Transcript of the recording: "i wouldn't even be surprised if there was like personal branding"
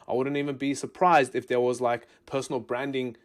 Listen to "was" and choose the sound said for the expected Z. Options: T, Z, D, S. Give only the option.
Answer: Z